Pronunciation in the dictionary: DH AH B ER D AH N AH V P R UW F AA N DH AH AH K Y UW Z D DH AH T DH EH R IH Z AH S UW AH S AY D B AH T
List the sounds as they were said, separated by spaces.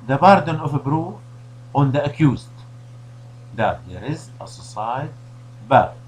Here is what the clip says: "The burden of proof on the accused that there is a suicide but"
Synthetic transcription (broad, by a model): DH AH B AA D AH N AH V B R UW AA N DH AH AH K Y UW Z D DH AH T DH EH R IH Z AH S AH S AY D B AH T